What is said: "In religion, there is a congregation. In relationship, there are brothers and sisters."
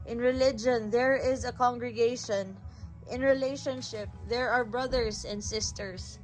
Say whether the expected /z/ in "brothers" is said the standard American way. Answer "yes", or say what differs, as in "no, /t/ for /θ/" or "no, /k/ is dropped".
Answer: no, /s/ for /z/